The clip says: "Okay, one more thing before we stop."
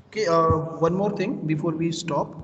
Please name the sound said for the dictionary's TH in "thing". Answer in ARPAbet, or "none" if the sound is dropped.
T